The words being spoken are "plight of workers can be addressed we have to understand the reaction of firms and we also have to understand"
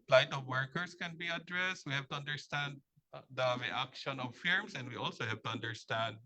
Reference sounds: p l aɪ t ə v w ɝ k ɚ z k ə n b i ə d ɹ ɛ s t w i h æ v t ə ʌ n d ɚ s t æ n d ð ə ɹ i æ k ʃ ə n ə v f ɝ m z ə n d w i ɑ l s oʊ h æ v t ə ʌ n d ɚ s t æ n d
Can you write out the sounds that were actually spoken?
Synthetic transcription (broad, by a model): p l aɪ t ə v w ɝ k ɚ s k ə n b i ə d ɹ ɛ s t w i h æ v t ə ʌ n d ɚ s t æ n d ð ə ɹ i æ k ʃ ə n ə v f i m s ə n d w i ɑ l s oʊ h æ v t ə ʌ n d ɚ s t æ n d